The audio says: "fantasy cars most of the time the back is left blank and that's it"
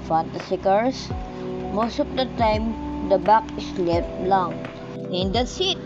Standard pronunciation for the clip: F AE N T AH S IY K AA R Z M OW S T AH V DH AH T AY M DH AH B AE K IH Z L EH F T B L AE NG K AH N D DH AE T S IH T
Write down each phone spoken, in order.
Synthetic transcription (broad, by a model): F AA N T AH S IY K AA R S M OW S T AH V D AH T AY M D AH B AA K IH S L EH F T L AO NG AH N D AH S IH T